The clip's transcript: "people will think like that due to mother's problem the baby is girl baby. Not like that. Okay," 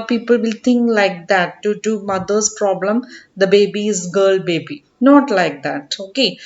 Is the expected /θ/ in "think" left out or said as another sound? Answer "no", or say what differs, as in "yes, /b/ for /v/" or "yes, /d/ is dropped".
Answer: yes, /t/ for /θ/